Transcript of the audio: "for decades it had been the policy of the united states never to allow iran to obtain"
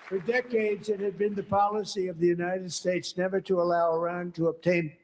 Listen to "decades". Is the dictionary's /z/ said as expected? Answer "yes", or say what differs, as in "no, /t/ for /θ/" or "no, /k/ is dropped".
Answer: yes